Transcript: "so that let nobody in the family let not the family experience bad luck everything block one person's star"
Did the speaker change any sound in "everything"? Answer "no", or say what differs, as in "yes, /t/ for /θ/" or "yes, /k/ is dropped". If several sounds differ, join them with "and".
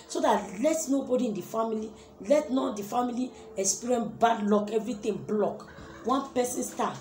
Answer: yes, /t/ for /θ/